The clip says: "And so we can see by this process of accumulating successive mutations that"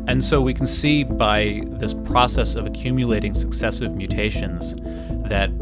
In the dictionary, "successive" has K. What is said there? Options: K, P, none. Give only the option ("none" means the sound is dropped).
K